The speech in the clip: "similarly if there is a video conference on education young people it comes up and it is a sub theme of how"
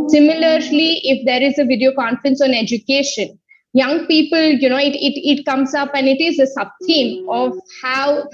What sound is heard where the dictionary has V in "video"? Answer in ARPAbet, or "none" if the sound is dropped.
V